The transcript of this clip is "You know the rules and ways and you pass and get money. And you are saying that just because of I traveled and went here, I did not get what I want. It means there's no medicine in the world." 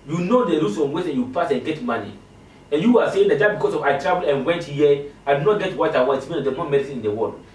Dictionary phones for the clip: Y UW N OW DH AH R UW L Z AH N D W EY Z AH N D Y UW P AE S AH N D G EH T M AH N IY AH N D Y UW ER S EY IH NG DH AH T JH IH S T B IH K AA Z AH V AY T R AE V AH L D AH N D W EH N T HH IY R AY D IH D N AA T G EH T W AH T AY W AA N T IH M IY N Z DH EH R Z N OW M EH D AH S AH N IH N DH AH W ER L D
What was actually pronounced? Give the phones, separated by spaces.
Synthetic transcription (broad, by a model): Y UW N OW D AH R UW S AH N W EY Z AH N Y UW P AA S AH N G EH T M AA N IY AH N Y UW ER S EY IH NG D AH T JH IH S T B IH K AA S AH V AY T R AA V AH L AH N W EH N T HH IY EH AY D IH N AA T G EH T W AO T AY W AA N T IH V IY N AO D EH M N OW M EH D AH S AH N IH N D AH W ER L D